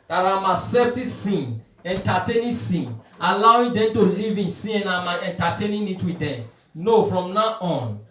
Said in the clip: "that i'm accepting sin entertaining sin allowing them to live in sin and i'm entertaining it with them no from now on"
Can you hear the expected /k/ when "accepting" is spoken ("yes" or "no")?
no